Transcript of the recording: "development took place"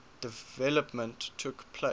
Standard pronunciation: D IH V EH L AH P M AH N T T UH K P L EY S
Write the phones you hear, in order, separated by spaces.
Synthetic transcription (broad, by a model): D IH V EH L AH P M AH N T T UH K P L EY